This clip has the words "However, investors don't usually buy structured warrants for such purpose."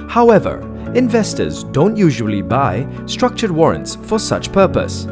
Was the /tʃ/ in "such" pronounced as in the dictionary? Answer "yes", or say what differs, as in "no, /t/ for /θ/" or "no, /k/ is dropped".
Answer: yes